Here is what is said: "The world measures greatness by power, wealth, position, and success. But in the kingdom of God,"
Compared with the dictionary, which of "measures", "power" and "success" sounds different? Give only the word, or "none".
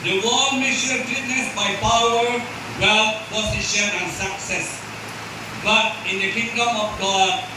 measures